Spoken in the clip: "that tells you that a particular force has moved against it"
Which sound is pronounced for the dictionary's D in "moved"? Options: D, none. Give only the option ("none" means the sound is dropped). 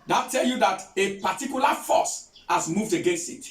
D